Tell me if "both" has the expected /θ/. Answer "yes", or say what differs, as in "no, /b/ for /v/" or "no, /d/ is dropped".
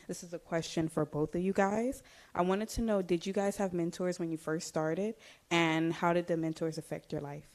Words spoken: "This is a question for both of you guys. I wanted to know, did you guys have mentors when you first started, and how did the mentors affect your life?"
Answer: yes